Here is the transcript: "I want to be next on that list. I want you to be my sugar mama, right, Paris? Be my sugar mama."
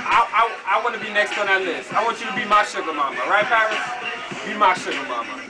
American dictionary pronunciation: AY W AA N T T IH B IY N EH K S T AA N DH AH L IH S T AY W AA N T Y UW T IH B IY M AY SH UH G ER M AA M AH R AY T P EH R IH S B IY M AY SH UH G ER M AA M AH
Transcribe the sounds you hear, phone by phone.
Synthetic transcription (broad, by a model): AY W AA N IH B IY N EH K S T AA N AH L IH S AY W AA N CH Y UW T IH B IY M AY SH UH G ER M AA M AH R AY T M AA IH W B IY M AY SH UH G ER M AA M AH